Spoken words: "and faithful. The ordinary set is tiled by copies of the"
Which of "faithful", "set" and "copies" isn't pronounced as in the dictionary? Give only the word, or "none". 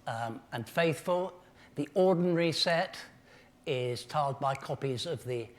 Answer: none